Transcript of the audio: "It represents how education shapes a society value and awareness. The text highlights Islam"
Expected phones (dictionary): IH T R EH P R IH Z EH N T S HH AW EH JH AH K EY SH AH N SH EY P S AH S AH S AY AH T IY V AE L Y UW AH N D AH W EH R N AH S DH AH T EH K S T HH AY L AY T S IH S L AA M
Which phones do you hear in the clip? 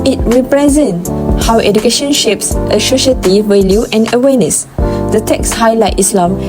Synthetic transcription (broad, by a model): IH T R EH P R IH Z EH N T S HH AW EH JH AH K EY SH AH N SH EY P S AH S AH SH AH T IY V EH L Y UW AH N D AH W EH N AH S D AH T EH K S HH AY L AY T IH S L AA M